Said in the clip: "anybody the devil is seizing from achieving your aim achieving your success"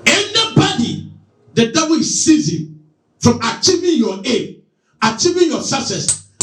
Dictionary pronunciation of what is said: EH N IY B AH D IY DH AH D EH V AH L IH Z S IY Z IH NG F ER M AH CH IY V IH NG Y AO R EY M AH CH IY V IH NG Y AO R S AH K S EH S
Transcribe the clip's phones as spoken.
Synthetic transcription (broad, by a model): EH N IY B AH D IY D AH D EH W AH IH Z S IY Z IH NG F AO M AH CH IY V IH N Y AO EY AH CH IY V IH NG Y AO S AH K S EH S